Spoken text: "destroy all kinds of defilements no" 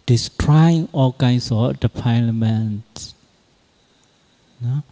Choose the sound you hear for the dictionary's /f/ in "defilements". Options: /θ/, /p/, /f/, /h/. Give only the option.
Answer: /p/